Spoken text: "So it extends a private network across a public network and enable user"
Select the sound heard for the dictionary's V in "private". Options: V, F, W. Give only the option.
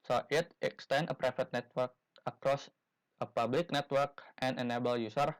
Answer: F